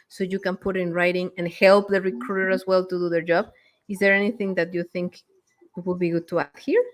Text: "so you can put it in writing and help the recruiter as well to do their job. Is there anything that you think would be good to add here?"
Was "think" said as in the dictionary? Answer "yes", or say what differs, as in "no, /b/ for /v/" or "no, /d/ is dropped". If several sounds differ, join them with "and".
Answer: yes